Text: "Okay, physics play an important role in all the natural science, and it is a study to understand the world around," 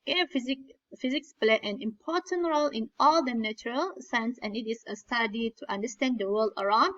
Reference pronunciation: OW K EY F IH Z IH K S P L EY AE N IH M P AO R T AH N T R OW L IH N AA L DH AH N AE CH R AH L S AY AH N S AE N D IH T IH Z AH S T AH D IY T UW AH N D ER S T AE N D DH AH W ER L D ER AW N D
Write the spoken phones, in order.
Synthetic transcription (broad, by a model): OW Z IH F IH Z IH K S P L EY AE N IH M P AO R T AH N T R OW L IH N AA L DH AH N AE CH R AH L S AY AH N S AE N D IH T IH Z AH S T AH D IY T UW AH N D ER S T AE N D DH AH W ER L D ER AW N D